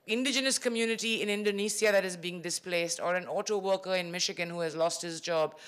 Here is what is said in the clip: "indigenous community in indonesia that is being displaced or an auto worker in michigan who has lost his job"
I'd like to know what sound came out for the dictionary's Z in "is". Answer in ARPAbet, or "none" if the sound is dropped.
Z